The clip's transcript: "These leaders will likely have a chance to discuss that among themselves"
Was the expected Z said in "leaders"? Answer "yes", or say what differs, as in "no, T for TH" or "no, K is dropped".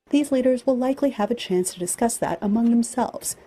yes